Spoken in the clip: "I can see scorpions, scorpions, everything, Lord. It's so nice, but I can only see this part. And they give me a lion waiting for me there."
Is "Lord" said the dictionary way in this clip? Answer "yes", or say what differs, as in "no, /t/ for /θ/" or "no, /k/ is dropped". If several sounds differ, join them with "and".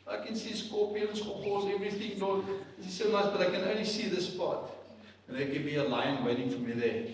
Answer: no, /n/ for /l/